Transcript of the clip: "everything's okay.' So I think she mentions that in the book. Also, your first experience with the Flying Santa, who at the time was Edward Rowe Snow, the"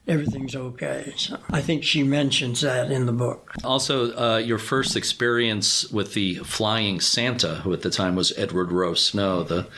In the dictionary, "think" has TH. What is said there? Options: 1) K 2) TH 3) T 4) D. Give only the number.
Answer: 2